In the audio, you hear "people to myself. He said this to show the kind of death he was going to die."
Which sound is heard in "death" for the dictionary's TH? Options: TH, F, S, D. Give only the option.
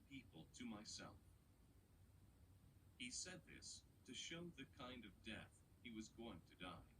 TH